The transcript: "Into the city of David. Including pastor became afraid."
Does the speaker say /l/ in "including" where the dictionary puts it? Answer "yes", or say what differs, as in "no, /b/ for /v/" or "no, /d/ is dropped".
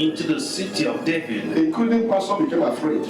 no, /l/ is dropped